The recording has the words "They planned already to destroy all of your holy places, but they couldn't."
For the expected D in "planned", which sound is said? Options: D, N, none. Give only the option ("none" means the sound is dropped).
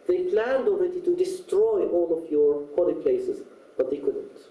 D